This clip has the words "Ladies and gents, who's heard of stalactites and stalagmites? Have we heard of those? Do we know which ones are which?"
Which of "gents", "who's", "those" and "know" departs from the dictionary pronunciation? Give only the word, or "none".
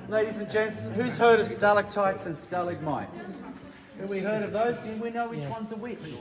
none